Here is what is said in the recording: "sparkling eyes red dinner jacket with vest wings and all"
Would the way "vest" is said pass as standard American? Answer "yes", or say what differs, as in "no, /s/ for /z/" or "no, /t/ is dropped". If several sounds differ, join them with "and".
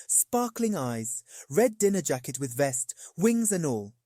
yes